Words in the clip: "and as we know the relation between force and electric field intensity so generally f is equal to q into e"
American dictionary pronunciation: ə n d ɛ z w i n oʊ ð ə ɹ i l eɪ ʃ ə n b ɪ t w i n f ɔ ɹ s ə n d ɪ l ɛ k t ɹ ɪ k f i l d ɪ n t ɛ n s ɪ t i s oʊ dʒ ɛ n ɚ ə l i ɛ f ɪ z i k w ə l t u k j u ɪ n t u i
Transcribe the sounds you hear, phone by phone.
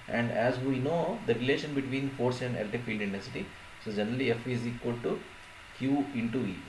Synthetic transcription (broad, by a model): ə n d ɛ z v i n oʊ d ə ɹ i l eɪ ʃ ə n b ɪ t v i n f ɔ ɹ s ə n d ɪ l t ɪ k f i l d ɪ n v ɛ s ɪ t i s oʊ dʒ ɛ n ɚ ə l i ɛ f ɪ z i k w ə l t u k j u ɪ n t u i